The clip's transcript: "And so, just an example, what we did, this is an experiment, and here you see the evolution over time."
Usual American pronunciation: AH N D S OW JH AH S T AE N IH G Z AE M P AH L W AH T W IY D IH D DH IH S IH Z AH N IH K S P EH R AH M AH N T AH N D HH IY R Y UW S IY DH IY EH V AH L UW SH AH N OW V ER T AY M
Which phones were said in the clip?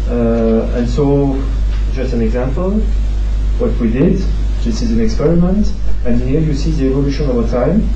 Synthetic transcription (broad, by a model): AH N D S OW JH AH S T AE N IH G Z AE M P AH L W AH T W IY D IH D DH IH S IH Z AH N IH K S P EH R AH M AH N T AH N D HH IY R Y UW S IY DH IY EH V AH L UW SH AH N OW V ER T AY M